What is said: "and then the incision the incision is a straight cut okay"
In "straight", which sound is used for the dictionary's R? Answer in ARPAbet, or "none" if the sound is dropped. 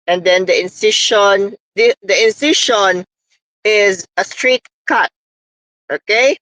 R